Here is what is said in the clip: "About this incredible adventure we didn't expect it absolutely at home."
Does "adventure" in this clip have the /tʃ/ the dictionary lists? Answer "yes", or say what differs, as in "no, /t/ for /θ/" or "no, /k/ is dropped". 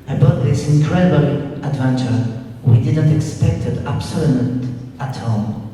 yes